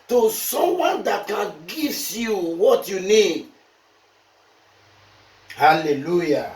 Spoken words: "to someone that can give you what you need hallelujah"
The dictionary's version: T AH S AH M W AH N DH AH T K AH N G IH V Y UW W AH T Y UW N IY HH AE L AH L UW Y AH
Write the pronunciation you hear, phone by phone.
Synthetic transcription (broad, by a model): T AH S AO M W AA N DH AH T K AH N G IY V Y UW W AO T Y UW N IY HH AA L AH L UW Y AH